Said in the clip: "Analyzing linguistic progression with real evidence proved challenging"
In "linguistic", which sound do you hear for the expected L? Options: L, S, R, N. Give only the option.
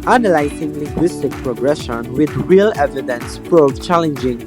L